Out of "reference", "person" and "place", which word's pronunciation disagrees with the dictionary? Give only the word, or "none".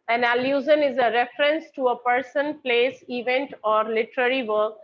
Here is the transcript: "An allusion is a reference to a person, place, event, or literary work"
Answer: none